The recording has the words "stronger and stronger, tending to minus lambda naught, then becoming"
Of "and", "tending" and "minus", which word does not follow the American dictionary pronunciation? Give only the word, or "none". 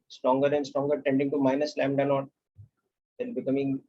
none